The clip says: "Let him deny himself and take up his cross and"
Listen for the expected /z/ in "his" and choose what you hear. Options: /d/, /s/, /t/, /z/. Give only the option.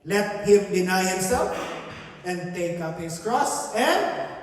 /s/